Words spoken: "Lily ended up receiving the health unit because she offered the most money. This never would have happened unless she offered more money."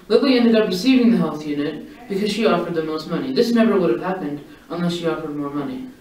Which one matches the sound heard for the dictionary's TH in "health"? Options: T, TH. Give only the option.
TH